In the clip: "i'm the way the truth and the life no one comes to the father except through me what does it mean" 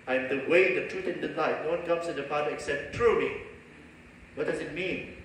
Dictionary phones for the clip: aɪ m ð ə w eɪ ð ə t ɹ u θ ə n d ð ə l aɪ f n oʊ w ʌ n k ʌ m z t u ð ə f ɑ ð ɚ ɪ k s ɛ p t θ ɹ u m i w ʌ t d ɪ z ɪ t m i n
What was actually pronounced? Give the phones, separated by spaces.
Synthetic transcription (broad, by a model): aɪ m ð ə w eɪ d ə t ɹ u t ə n d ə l aɪ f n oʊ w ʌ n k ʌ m s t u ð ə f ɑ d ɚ ɪ k s ɛ p t ɹ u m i w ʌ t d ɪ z ɪ t m i n